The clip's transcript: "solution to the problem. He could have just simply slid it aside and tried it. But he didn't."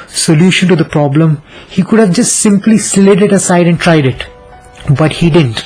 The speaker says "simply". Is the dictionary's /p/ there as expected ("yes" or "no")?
yes